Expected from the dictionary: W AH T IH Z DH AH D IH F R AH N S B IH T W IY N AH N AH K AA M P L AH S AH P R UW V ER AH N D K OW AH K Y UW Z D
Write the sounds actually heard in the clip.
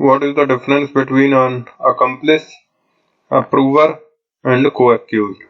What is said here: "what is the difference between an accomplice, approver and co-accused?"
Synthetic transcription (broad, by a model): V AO T IH Z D AH D IH F R AH N S B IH T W IY N AH N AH K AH M P L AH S AH P R UW V ER AH N D K OW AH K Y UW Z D